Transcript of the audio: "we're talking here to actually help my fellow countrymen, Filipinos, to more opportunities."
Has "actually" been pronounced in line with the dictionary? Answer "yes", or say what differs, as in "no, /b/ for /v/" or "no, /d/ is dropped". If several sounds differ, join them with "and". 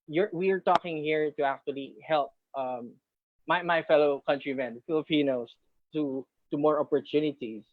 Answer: yes